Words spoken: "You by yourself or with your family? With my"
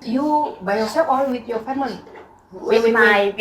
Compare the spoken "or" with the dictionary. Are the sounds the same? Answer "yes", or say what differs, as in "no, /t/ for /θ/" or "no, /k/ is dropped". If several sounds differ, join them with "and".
no, /l/ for /ɹ/